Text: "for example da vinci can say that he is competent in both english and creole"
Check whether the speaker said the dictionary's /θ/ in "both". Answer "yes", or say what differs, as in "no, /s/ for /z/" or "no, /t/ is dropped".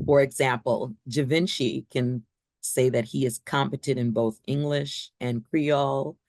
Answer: yes